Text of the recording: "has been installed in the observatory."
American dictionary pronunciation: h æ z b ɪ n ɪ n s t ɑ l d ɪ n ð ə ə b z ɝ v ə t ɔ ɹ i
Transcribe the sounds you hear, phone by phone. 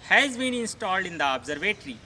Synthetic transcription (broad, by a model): h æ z b ɪ n ɪ n s t ɑ l d ɪ n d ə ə b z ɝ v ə t ɹ i